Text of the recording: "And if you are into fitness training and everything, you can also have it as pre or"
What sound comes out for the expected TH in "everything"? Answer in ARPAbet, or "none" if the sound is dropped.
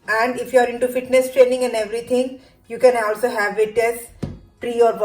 T